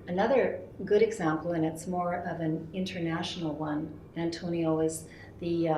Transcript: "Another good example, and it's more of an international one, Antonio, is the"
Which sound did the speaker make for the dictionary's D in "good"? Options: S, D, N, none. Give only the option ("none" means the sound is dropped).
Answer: D